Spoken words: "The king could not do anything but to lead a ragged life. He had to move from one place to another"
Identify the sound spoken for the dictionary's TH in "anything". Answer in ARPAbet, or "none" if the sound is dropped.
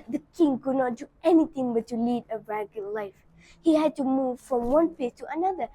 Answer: T